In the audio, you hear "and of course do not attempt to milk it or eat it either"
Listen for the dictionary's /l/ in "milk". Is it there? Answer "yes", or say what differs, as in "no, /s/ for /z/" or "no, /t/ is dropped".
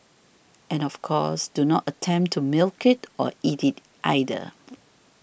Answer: yes